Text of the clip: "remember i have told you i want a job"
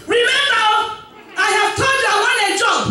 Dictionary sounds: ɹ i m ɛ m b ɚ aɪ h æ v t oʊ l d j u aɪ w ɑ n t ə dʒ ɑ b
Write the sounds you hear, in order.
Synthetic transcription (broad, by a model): ɹ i m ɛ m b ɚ aɪ h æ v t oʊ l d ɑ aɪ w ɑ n ə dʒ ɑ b